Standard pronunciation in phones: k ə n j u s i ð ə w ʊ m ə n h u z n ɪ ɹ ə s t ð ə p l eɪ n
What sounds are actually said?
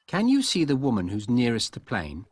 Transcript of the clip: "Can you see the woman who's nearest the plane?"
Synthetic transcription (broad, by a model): k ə n j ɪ s i ð ə w ʊ m ə n h u z n ɪ ɹ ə s t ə p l eɪ n